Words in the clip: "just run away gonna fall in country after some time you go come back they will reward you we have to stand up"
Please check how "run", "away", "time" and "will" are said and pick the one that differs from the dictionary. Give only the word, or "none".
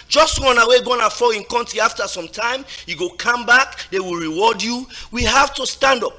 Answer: run